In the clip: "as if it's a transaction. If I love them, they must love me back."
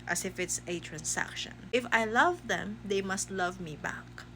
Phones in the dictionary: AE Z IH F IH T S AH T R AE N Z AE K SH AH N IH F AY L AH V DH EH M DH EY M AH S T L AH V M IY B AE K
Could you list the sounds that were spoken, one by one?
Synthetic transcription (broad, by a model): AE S IH F IH T S AH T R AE N S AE K SH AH N IH F AY L AH V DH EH M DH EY M AH S T L AH V M IY B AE K